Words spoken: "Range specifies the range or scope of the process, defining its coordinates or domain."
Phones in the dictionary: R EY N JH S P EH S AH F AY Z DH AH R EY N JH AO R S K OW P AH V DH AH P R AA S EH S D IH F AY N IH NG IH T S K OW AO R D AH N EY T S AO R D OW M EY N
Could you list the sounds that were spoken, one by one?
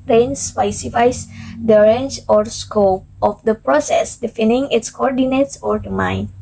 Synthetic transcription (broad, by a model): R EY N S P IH S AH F AY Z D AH R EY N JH AO R S K OW P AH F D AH P R AA S EH S D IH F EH N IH NG IH T S K OW AO R D AH N EY T S AO R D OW M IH N